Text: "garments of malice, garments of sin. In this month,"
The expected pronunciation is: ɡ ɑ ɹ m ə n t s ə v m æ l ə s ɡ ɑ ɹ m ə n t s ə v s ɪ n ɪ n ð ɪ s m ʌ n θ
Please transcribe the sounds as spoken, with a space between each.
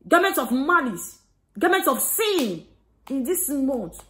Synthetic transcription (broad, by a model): ɡ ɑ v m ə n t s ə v m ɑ n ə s ɡ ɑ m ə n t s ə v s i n ɪ n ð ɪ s m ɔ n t